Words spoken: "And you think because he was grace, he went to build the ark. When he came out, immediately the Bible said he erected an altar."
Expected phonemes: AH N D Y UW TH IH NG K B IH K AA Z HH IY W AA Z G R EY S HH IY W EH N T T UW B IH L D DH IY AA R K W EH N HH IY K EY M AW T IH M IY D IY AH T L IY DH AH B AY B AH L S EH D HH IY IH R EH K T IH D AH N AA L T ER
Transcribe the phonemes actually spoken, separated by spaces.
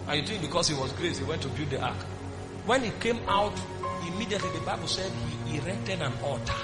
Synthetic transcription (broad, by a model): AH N Y UW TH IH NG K B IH K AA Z HH IY W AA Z G R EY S HH IY W EH N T T UW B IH D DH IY AA K W EH N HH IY K EY M AW T IH M IY D IY AH T L IY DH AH B AY B AH L S EH D HH IY R EH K T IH D AH N AA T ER